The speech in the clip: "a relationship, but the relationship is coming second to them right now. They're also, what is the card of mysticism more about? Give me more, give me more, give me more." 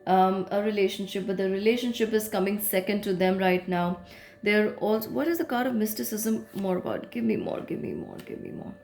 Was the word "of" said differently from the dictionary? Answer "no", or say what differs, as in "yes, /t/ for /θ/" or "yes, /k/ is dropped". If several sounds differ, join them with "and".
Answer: no